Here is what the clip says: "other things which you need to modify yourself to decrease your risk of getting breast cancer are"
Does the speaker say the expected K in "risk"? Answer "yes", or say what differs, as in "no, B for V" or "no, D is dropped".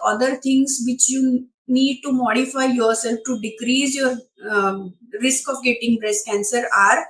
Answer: yes